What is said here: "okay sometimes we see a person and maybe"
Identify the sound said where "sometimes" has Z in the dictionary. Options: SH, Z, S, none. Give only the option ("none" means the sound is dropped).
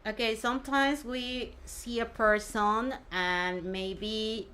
Z